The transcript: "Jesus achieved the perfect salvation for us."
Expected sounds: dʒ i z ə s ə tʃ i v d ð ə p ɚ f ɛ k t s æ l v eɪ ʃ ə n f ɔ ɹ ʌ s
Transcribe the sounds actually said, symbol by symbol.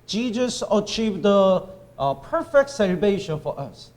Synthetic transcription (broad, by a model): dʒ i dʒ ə s ə tʃ i v d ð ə p ɚ f ɛ k t s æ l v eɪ ʃ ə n f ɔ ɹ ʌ s